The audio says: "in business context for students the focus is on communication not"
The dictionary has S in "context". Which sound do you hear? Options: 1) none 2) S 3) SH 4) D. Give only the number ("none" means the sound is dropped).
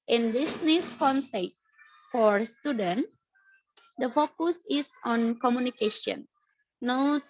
1